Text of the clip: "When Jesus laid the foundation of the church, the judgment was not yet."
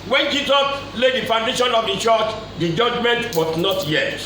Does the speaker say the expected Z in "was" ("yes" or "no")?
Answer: no